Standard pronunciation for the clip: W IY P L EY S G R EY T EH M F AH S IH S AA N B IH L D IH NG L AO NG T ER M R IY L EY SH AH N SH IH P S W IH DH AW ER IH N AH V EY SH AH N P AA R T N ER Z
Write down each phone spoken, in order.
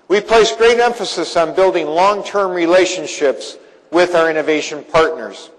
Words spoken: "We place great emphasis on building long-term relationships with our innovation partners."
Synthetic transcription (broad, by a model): W IY P L EY S G R EY T EH M F AH S IH S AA N B IH L D IH NG L AO NG T ER M R IY L EY SH AH N SH IH P S W IH DH AW ER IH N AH V EY SH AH N P AA R T N ER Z